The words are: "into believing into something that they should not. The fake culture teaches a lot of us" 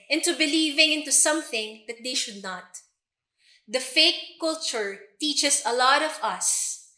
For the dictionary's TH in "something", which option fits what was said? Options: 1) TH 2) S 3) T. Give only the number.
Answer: 1